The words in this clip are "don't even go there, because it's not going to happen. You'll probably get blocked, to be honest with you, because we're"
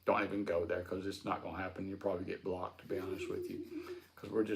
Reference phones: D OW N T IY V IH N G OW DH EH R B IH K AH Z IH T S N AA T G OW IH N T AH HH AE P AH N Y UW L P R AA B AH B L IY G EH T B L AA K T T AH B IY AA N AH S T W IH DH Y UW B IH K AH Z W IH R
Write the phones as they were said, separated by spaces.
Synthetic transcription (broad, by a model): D OW N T IY V IH N G OW DH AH R K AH Z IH S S N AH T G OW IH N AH HH AE P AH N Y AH P R AA B AH B L IY G EH T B L AA K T T AH B IY AA N AH S T W IH DH Y UW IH K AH Z W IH R